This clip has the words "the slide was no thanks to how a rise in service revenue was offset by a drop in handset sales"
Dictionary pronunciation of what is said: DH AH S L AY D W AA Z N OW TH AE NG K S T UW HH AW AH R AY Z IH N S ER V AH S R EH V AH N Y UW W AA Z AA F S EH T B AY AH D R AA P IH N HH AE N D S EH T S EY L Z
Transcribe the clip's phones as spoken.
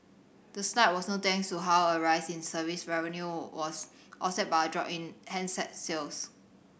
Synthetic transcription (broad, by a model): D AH S N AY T W AA S N OW T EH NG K S T UW HH AW AH R AY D IH N S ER V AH S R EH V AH N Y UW W AA S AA S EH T B AY AH D R AA P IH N HH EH N S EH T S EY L S